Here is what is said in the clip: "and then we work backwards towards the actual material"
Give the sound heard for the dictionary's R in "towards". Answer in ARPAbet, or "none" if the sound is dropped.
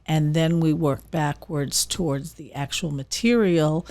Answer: R